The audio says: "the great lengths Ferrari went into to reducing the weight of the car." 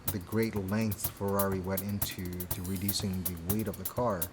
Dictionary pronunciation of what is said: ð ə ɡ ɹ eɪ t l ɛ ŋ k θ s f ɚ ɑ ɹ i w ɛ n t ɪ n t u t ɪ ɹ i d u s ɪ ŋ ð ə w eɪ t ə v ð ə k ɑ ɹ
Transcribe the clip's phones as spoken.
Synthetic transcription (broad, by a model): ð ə ɡ ɹ eɪ t l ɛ ŋ k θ f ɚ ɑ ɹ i w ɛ t ɪ n t u t ɪ ɹ i d u s ɪ ŋ ð ə w eɪ t ə v ð ə k ɑ ɹ